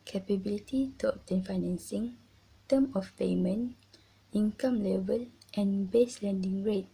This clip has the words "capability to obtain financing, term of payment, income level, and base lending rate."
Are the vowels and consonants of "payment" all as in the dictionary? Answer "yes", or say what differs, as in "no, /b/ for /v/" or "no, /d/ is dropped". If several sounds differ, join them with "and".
no, /t/ is dropped